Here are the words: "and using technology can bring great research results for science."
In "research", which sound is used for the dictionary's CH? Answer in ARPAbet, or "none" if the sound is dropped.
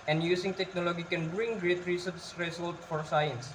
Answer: S